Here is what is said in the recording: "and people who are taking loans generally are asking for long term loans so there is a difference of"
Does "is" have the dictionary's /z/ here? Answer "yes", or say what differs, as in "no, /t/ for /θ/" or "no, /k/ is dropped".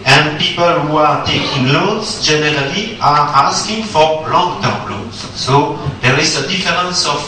no, /s/ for /z/